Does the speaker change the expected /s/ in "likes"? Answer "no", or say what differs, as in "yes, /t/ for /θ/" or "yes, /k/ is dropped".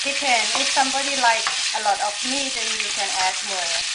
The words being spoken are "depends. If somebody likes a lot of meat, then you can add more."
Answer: yes, /s/ is dropped